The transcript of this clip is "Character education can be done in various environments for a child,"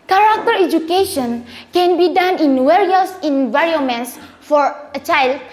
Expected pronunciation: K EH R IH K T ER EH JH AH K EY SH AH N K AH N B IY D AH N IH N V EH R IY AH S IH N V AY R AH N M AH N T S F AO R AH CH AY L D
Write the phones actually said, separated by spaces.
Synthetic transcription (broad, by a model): K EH R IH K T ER EH JH AH K EY SH AH N K AH N B IY D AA N IH N W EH R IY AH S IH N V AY R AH N M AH N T S F AO R AH CH AY L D